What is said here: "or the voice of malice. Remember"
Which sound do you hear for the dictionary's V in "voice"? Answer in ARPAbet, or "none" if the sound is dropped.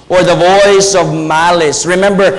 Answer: V